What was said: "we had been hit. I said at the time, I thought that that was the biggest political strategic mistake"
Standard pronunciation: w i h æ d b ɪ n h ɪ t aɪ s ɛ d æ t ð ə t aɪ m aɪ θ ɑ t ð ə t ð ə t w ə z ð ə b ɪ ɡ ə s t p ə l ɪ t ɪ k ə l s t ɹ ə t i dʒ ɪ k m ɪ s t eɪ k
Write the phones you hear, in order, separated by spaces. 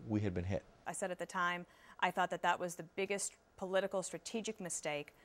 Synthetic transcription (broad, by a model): w i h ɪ d b ɪ n h ɪ t aɪ s ɛ d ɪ t ð ə t aɪ m aɪ θ ɑ t ð ə t ð ə t w ə z ð ə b ɪ ɡ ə s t p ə l ɪ t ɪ k l s t ɹ ə t i dʒ ɪ k m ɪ s t eɪ k